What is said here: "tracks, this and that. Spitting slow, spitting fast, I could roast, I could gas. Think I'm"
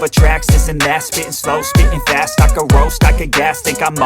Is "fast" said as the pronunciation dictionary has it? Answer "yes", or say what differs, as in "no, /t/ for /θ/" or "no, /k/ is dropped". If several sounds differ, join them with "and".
yes